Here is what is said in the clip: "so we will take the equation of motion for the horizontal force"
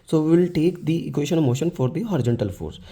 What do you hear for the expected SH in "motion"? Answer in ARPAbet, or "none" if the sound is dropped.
SH